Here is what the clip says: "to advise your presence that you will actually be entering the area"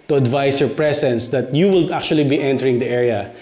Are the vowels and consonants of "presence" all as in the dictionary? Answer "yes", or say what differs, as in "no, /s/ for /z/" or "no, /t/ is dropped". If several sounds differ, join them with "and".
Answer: no, /s/ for /z/